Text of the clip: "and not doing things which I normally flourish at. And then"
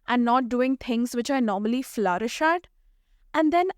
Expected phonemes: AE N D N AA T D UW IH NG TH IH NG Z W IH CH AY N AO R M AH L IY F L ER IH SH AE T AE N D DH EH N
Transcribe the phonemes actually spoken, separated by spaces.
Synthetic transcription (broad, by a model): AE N N AA T D UW IH NG T IH NG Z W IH CH AY N AO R M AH L IY F L ER IH SH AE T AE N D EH N